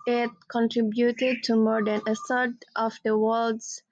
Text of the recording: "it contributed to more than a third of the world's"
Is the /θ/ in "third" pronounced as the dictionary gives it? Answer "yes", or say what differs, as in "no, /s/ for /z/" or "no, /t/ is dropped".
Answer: no, /s/ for /θ/